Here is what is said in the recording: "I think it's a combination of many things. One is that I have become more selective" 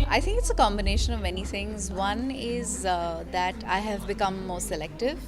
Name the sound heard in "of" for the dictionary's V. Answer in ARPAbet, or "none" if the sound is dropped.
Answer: V